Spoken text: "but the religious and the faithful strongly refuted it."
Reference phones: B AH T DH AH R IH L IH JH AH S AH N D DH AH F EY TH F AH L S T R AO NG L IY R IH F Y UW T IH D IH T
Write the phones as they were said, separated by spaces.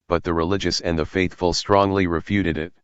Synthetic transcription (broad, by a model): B AH T DH AH R IH L IH JH AH S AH N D DH AH F EY TH F AH L S T R AO NG L IY R IH F Y UW T IH D IH T